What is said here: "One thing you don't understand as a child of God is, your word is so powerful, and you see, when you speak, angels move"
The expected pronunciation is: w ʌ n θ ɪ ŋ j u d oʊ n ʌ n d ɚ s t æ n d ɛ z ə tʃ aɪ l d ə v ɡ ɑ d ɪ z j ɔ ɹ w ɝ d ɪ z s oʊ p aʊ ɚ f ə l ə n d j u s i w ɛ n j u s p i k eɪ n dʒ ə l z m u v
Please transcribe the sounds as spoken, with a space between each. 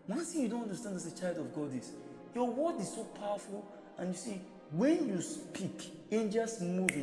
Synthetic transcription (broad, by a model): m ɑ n s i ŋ j u d oʊ n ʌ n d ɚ s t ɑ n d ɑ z ə tʃ aɪ l d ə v ɡ ɑ d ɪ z j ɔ w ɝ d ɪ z s oʊ p aʊ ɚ f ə l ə n j u s i w ɛ n j u s p i k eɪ n dʒ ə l s m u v